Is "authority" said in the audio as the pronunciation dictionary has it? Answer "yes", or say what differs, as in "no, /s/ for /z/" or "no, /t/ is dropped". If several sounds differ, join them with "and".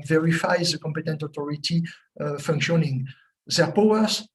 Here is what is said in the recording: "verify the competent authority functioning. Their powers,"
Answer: no, /t/ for /θ/